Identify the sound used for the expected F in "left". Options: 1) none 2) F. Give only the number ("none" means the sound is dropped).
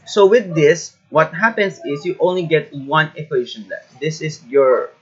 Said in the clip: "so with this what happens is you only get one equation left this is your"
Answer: 1